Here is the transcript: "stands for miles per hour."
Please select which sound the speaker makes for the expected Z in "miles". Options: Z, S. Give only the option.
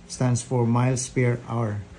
S